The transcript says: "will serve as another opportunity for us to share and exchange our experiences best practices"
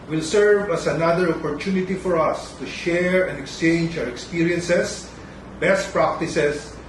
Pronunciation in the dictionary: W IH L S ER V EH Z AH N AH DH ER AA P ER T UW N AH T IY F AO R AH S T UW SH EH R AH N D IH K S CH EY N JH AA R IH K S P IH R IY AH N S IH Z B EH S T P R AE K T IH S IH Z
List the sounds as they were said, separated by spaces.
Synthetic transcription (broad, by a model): W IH L S ER V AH S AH N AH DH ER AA P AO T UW N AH T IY F AO R AH S T UW SH EH R AH N D IH K S CH EY N JH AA W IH K S P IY R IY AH N S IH S B EH S T P R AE K T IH S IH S